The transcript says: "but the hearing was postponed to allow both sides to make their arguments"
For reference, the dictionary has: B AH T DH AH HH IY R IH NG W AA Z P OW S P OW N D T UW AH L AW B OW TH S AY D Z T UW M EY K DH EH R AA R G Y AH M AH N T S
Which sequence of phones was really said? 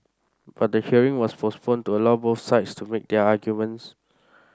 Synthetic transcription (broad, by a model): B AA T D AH HH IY R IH NG W AA S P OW S P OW N T UW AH L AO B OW F S AY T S T UW M EY K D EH AA G Y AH M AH N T S